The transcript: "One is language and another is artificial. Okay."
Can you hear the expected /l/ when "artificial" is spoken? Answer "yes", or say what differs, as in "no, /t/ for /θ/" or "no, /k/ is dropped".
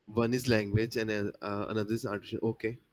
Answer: no, /n/ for /l/